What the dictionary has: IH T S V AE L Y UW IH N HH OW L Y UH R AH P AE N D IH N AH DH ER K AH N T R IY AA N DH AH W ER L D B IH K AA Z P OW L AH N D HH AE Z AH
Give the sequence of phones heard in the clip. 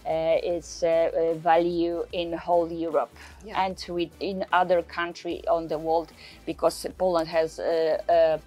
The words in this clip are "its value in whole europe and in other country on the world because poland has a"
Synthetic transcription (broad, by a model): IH T S V AE L Y UW IH N HH OW L Y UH R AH P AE N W IH N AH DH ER K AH N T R IY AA N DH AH W ER L D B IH K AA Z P OW L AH N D HH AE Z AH